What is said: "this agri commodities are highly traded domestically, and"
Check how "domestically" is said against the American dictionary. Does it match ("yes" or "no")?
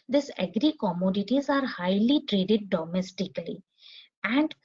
yes